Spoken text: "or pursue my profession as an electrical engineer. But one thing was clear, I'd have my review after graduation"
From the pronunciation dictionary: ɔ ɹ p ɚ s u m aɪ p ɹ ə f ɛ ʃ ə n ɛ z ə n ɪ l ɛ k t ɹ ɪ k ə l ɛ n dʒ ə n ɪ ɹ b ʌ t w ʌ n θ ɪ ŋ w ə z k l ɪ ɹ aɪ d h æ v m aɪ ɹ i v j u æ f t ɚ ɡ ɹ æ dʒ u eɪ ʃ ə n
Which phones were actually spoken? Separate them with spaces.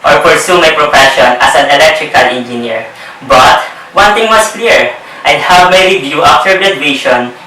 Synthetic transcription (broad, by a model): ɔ ɹ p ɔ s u m aɪ p ɹ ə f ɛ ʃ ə n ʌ s ə n ɪ l ɛ k t ɹ ɪ k ə l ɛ n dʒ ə n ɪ ɹ b ʌ t w ʌ n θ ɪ ŋ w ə s k l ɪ ɹ aɪ d h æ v m aɪ ɹ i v j u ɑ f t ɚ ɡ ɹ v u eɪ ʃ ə n